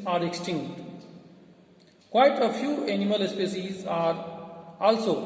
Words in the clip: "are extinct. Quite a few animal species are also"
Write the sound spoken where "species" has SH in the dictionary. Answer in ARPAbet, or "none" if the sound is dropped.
S